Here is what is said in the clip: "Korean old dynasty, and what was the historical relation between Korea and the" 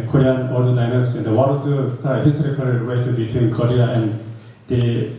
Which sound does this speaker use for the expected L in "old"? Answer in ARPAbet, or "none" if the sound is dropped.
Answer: none